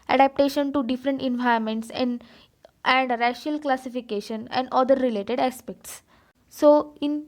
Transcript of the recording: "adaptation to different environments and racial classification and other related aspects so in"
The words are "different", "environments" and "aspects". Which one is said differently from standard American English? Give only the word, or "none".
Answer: environments